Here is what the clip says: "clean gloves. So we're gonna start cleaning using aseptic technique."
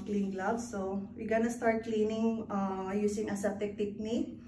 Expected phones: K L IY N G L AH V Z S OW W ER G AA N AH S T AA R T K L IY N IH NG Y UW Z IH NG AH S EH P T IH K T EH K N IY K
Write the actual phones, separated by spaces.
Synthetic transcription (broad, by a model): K L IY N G L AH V S OW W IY G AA N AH S T AA R T K L IY N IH NG Y UW S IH NG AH S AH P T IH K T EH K N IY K